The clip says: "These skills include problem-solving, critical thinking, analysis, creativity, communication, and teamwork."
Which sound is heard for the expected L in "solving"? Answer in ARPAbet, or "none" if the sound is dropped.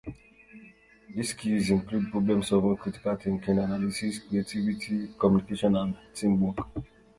none